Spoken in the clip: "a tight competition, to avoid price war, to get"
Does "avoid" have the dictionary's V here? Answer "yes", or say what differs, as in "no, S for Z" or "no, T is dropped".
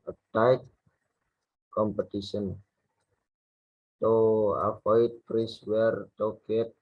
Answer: no, F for V